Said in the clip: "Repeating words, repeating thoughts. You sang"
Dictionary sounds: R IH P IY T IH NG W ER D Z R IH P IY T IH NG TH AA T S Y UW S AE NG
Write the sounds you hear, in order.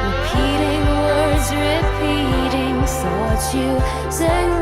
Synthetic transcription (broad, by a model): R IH P IY T IH NG W ER D Z R IH P IY T IH NG S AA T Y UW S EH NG